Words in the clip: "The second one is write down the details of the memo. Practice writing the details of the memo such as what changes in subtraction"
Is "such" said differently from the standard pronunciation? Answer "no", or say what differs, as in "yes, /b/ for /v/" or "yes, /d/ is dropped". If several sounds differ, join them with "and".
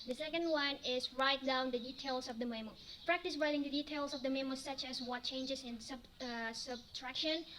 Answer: no